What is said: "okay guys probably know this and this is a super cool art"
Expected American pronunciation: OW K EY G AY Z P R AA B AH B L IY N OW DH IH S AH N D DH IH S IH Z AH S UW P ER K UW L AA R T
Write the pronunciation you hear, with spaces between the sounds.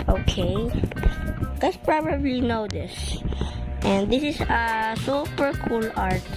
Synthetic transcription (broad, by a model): OW K EY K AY S P R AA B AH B L IY N OW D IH S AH N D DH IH S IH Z AH S UW P ER K UW L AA R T